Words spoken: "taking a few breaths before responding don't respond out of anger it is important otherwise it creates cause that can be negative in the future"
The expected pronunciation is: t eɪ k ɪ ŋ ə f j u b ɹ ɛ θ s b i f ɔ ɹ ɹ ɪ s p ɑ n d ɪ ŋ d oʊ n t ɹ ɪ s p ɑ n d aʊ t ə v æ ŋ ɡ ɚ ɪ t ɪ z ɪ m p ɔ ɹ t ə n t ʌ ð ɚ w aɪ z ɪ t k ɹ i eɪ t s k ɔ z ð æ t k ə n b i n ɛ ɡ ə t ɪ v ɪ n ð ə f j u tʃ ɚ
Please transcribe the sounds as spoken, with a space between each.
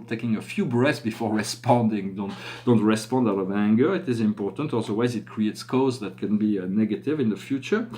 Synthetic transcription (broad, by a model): t eɪ k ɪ ŋ ə f j u b ɹ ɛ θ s b i f ɔ ɹ ɹ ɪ s p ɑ n d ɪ ŋ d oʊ n t ɹ ɪ s p ɑ n d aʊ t ə v æ ŋ ɡ ɚ ɪ t ɪ z ɪ m p ɔ ɹ t ə n t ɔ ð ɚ w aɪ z ɪ t k ɹ i eɪ t s k ɔ z ð æ t k ə n b i n ɛ ɡ ə t ɪ v ɪ n ð ə f j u tʃ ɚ